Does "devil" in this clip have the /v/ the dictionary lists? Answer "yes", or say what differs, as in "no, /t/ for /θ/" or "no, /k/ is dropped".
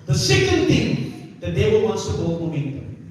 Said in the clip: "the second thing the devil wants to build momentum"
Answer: no, /w/ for /v/